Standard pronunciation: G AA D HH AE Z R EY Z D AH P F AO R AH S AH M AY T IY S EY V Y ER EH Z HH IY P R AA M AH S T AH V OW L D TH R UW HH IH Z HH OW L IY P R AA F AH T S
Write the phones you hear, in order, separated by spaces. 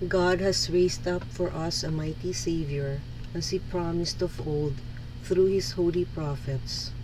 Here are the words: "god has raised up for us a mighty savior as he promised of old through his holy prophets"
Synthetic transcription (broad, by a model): G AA D HH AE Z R EY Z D AH P F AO R AH S AH M AY T IY S EY V Y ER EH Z HH IY P R AA M AH S T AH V OW L D TH R UW HH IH S HH OW L IY P R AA F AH T S